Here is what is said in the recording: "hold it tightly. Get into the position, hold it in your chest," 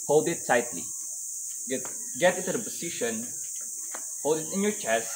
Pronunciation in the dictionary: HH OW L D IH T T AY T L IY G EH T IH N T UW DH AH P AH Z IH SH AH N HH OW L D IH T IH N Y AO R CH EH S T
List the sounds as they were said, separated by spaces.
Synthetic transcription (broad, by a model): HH OW L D IH T S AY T L IY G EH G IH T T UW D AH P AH S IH SH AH N HH OW L D IH T IH N Y AO R CH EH S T